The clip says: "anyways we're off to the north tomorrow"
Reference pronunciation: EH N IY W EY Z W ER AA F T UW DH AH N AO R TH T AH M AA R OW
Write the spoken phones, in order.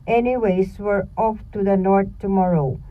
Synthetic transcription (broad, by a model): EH N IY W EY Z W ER AA F T UW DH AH N AO R T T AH M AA R OW